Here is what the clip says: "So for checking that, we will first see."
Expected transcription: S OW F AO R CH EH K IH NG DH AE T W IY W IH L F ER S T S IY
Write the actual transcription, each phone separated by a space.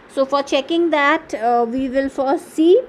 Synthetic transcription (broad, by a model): S OW F AO R CH EH K IH NG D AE T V IY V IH L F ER T S IY